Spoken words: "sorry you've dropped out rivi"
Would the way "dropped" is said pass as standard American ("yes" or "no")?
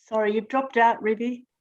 yes